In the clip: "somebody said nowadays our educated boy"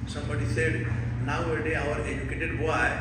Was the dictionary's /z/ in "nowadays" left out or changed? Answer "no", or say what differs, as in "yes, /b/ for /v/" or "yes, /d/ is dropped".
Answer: yes, /z/ is dropped